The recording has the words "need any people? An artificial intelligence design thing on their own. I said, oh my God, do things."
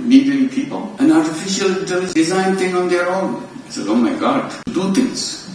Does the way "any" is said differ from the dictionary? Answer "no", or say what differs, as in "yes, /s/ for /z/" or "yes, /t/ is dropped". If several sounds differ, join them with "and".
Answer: yes, /n/ is dropped